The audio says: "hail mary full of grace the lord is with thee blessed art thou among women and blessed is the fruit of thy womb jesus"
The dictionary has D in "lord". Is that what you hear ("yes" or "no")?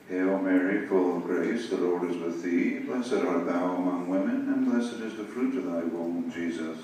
yes